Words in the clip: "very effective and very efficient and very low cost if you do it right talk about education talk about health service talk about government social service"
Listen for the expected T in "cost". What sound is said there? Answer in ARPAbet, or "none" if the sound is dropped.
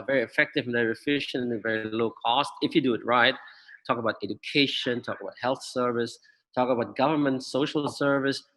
T